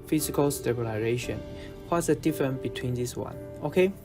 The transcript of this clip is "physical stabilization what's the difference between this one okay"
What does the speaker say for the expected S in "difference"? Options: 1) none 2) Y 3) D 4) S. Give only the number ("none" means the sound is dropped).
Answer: 1